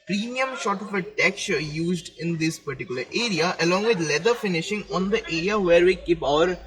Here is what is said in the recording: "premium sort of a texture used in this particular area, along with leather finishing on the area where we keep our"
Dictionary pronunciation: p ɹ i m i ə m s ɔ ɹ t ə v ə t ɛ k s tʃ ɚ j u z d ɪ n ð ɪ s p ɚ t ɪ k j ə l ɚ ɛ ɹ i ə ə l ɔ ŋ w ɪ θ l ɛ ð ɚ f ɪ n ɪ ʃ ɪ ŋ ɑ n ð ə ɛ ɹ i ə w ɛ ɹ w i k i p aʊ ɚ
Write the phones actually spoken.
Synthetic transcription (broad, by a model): p ɹ i m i ə m ʃ ɔ t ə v ə t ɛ k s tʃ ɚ j u z d ɪ n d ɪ s p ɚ t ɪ k j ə l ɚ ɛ ɹ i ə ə l ɔ ŋ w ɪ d l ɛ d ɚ f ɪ n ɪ ʃ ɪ ŋ ɑ n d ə ɛ ɹ i ə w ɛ ɹ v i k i p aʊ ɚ